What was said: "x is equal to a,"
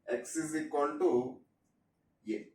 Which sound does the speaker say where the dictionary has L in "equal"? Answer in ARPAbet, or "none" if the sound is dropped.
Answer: N